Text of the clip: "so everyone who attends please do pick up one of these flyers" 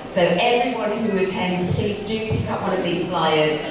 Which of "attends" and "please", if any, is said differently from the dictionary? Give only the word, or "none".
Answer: none